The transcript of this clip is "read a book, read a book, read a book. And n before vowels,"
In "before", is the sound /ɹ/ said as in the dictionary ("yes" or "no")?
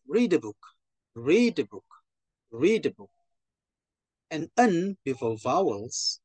no